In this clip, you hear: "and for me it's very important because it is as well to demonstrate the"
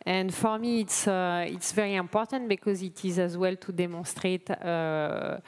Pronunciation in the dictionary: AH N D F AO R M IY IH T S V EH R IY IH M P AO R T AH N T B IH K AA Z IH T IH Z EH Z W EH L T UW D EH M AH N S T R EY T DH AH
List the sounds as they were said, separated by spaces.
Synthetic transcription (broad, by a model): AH N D F AO R M IY IH T S V EH R IY IH M P AO R T AH N T B IH K AA Z IH T IH Z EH Z W EH L T UW D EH M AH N S T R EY T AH